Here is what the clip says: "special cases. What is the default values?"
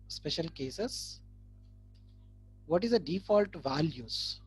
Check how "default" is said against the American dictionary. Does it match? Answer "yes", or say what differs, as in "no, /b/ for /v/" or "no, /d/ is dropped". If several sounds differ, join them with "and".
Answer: yes